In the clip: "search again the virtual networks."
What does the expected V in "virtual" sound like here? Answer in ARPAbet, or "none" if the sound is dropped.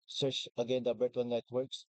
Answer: B